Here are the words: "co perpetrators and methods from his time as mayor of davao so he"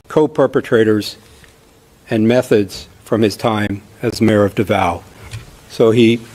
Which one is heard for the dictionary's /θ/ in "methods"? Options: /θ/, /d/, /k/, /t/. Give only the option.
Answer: /θ/